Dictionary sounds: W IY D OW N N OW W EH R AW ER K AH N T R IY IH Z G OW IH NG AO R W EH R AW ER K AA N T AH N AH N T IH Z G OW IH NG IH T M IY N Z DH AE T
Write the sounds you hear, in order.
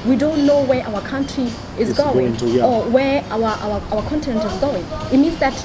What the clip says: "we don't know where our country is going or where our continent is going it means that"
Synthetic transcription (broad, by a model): W IY D OW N N OW W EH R AW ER K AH N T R IY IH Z G OW IH NG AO W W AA W AW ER K AA N T AH N AH N T IH Z G OW IH NG IH T M IY N Z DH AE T